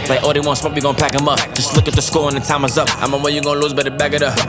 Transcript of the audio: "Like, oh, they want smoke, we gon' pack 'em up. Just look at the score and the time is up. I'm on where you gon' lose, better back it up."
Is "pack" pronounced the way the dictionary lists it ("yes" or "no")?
yes